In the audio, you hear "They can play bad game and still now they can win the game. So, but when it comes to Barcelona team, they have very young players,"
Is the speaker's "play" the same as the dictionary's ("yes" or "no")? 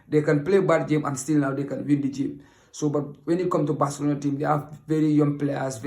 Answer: yes